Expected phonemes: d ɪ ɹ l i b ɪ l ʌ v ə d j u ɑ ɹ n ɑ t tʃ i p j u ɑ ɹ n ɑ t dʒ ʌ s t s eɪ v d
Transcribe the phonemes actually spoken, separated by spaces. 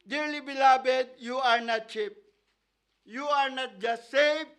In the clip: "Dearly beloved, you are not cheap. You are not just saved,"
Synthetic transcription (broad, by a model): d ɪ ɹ l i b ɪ l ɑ b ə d j u ɑ ɹ n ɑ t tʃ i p j u ɑ ɹ n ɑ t dʒ ʌ s t s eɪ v